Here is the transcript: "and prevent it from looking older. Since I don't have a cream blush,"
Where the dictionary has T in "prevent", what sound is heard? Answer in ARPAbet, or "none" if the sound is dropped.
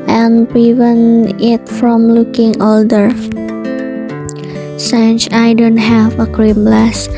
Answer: none